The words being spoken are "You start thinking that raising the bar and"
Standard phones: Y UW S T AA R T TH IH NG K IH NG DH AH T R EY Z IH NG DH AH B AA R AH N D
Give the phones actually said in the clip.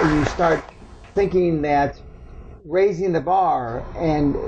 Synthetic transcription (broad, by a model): Y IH S T AA R T TH IH NG K IH NG DH AH T R EY Z IH NG DH AH B AA R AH N